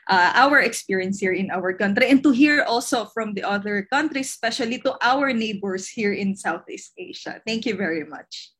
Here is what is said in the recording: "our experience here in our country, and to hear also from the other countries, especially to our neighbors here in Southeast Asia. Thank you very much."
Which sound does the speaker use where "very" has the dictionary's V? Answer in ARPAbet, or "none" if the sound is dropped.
V